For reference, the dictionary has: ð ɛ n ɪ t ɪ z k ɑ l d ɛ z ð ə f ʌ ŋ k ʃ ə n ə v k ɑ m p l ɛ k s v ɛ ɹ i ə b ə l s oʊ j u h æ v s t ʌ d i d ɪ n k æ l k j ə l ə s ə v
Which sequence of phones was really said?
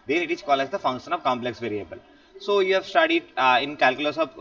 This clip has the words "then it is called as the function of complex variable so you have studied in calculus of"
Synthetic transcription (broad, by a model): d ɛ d ɪ t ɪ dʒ k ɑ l ɛ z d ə f ʌ ŋ k ʃ ə n ə v k ɑ m p l ɛ k s v ɛ ɹ i ə b ə l s oʊ j u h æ v s t ʌ d i d ɪ n k æ l k j ə l ə s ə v